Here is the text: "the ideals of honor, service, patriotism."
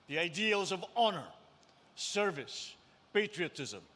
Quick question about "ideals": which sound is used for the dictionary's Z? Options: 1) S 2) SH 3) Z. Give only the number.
3